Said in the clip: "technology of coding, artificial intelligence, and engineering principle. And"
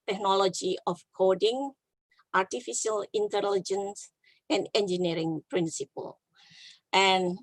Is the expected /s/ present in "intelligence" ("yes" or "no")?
yes